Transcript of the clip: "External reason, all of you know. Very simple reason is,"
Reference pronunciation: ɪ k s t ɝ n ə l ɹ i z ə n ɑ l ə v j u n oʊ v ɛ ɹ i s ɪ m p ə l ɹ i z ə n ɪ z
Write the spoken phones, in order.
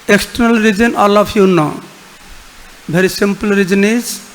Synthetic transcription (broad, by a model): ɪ k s t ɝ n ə l ɹ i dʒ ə n ɑ l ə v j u n oʊ b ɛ ɹ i s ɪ m p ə l ɹ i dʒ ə n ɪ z